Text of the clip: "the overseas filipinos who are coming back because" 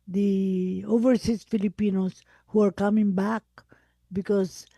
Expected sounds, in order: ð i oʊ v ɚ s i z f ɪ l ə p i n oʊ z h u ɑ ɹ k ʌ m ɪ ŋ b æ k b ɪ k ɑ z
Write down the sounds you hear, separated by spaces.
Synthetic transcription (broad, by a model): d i oʊ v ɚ s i s f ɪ l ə p i n oʊ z h u ɑ ɹ k ʌ m ɪ ŋ b æ k b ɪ k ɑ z